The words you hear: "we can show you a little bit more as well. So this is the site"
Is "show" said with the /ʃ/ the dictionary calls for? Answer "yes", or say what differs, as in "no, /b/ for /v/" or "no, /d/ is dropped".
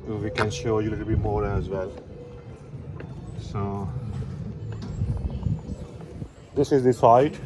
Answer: yes